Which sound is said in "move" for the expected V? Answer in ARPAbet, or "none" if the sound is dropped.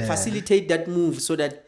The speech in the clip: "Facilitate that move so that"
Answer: V